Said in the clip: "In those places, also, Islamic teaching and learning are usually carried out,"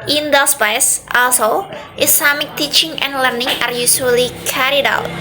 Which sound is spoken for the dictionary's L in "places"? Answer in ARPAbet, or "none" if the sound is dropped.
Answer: none